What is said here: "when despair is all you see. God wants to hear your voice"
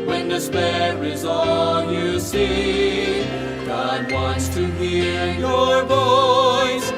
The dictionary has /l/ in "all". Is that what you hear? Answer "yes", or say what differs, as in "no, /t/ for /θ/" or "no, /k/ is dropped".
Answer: no, /n/ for /l/